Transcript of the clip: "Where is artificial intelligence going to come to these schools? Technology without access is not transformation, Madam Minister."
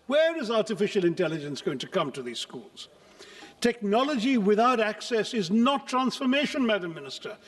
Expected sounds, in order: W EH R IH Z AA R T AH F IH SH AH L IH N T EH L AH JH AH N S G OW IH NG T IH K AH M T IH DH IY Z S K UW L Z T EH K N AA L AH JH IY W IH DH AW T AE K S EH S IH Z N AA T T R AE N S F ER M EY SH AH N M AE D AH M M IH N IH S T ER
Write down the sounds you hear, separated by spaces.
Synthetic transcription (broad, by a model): W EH R IH Z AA R T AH F IH SH L IH N T EH L AH JH AH N S G OW IH NG T IH K AH M T IH DH IY Z S K UW L Z T EH K N AA L AH JH IY W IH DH AW T AE K S EH S IH Z N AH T T R AE N S F ER M EY SH AH N M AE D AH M M IH N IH S T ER